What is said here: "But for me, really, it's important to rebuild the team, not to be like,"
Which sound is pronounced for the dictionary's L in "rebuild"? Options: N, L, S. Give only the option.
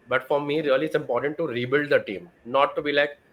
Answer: L